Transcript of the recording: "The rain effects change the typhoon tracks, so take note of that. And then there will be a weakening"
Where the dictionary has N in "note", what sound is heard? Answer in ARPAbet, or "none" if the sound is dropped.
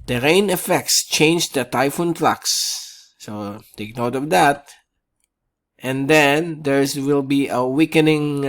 N